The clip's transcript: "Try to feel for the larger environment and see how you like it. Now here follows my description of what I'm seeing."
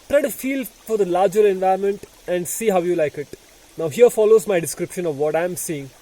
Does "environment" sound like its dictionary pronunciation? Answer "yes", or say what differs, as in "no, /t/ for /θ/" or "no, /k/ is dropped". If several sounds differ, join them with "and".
no, /ɹ/ is dropped